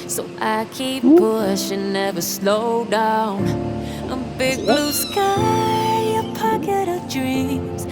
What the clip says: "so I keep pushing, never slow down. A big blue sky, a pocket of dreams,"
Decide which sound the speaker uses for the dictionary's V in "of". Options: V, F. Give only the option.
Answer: V